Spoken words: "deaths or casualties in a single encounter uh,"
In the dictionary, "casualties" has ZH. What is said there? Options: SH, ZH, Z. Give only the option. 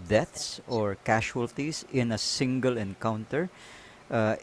SH